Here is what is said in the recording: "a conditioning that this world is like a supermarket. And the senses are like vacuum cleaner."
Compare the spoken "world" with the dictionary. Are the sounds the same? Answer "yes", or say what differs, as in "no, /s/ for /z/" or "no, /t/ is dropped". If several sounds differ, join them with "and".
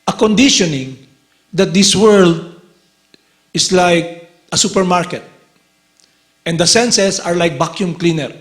yes